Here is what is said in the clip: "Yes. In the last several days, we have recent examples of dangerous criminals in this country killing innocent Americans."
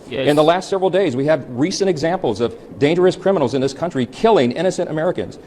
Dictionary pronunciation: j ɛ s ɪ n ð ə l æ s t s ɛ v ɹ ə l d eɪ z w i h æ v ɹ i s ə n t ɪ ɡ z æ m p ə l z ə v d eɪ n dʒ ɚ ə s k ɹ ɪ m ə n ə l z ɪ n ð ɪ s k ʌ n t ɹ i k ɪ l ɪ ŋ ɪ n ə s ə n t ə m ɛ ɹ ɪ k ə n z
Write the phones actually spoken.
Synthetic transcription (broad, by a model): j ɪ n ð ə l æ s t s ɛ v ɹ l d eɪ z w i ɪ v ɹ i s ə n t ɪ ɡ z æ m p l z ə v d eɪ n dʒ ɚ ə s k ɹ ɪ m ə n l z ɪ n ð ɪ s k ʌ n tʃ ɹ i k ɪ l ɪ ŋ ɪ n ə s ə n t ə m ɛ ɹ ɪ k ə n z